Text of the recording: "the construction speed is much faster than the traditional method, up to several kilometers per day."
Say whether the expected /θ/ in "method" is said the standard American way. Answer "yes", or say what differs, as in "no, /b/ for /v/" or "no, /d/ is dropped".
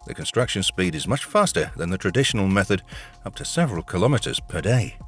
yes